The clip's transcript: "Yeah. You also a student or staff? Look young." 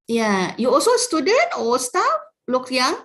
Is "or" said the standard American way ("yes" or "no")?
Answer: no